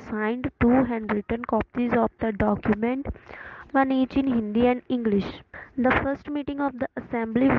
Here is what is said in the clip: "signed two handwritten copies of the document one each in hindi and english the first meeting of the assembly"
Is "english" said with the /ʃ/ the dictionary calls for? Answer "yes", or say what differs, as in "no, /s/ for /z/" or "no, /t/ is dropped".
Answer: yes